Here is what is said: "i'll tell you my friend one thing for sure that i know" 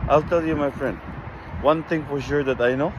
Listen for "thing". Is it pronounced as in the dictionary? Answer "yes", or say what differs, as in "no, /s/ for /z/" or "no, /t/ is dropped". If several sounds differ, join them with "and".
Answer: no, /t/ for /θ/